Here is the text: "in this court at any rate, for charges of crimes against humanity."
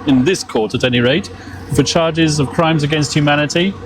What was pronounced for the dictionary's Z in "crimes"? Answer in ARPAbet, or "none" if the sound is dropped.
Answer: Z